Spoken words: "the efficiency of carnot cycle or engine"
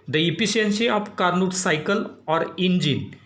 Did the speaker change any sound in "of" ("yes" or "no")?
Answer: yes